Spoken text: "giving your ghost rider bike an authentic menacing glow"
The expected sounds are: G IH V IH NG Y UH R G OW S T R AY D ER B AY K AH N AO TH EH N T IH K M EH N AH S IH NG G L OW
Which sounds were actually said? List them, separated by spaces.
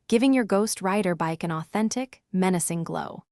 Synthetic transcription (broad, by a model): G IH V IH NG Y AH R G OW S T R AY D ER B AY K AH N AO TH EH N T IH K M EH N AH S IH NG G L OW